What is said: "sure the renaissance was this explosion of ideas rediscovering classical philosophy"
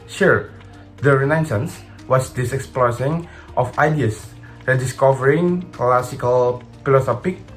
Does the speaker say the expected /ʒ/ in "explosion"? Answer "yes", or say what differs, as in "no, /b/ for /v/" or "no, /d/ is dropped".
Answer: no, /s/ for /ʒ/